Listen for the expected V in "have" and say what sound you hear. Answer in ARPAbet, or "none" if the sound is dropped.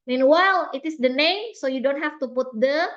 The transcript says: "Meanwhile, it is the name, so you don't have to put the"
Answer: F